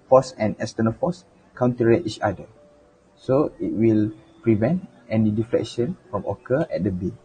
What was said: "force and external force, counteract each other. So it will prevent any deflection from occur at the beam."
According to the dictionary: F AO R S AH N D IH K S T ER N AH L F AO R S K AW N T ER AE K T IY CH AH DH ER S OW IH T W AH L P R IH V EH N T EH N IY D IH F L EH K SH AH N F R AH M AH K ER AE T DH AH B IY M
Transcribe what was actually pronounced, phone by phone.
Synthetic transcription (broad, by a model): F AO S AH N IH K S T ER N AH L F AO S K AW N T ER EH T IY CH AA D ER S OW IH T W AH L P R IH V EH N T EH N IY D IH F L EH K SH AH N F R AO M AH K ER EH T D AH B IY